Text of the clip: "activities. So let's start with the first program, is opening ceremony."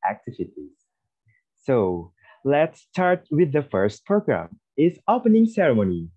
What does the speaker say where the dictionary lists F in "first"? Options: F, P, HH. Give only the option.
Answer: F